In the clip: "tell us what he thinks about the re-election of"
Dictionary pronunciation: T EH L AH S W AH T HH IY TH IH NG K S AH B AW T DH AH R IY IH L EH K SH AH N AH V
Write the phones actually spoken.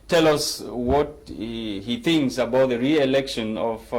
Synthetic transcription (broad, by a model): T EH L AH S W AH T HH IY TH IH NG K S AH B AW T DH AH R IY IH L EH K SH AH N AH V